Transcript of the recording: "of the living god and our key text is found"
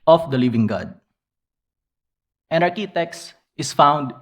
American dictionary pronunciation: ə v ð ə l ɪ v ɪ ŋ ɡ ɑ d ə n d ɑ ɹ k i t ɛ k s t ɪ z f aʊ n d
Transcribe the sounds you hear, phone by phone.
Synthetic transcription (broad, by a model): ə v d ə l ɪ v ɪ ŋ ɡ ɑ d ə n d ɑ ɹ k i t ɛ k s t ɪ s f aʊ n d